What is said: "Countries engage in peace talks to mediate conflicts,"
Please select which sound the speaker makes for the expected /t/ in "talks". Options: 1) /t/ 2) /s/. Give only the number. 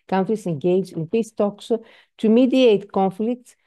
1